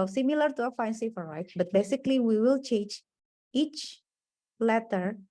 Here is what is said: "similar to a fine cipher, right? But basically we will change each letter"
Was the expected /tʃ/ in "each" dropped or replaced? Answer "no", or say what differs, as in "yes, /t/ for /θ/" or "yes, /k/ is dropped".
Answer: no